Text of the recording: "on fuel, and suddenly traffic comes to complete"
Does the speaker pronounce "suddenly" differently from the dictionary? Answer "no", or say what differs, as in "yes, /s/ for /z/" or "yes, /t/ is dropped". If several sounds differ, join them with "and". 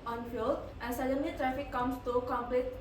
yes, /l/ is dropped